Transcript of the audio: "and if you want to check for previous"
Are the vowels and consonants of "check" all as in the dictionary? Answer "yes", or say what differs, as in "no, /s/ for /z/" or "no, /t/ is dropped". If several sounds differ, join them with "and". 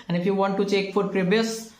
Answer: yes